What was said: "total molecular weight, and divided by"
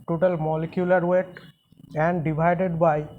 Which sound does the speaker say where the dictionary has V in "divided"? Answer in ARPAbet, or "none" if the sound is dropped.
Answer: B